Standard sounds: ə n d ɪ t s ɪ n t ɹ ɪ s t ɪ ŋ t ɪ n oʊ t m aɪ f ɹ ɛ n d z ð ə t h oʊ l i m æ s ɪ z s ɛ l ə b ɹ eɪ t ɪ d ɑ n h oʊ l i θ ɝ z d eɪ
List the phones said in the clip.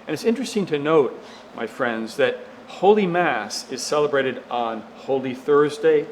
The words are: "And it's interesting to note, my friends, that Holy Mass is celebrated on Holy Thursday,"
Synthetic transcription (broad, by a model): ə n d ɪ t s ɪ n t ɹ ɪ s t ɪ ŋ t ɪ n oʊ t m aɪ f ɹ ɛ n d z ð ə t h oʊ l i m æ s ɪ z s ɛ l ə b ɹ eɪ t ɪ d n h oʊ l i θ ɝ z d eɪ